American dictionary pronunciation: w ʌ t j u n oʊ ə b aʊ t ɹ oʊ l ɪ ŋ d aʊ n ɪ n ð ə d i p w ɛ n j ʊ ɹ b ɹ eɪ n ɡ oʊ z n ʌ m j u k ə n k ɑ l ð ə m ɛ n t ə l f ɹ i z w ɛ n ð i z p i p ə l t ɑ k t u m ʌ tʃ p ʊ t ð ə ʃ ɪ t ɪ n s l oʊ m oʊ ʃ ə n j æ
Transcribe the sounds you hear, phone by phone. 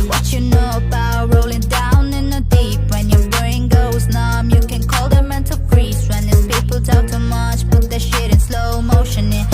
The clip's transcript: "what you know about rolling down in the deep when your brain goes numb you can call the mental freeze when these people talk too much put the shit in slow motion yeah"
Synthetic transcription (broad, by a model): w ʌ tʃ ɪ n oʊ ə b aʊ t ɹ oʊ l ɪ ŋ d aʊ n ɪ n ð ə d i p w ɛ n j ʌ ɹ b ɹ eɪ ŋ ɡ oʊ z n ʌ m j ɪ k ə n k ɑ l ð ə m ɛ n t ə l p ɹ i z w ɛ n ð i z p i p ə l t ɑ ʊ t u m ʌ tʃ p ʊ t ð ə ʃ ɪ t ɪ n s l oʊ m oʊ ʃ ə n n